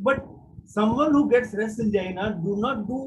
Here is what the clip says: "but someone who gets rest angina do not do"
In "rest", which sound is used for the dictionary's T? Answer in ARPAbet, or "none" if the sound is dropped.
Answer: none